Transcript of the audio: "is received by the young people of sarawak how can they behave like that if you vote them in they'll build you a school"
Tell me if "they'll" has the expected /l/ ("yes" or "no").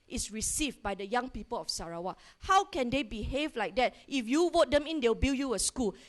no